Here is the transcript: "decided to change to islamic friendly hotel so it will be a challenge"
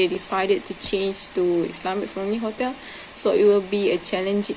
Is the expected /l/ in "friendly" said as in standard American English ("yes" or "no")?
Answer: no